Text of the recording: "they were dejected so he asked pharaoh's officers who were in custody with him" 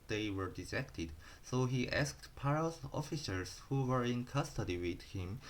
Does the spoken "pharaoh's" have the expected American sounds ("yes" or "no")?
no